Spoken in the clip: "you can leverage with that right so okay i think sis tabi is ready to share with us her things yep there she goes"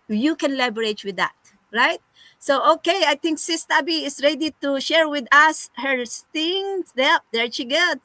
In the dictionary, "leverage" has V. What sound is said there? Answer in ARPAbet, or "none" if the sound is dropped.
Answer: B